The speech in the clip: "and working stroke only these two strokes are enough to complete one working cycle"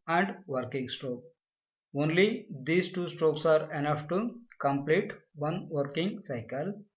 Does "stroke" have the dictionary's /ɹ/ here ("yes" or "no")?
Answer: yes